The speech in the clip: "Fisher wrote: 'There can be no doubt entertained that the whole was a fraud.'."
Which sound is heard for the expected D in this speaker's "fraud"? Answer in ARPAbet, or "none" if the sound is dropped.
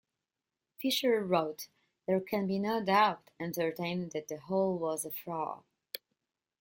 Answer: none